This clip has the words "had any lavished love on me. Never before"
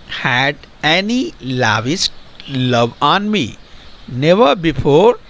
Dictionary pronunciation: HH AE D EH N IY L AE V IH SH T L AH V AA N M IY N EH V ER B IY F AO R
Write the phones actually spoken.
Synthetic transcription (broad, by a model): HH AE D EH N IY L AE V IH S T L AH V AA N M IY N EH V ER B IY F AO R